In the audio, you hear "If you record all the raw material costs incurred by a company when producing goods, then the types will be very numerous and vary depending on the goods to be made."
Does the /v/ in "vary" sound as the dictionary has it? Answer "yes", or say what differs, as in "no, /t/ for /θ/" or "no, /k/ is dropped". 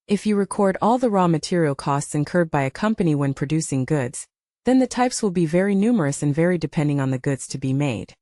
yes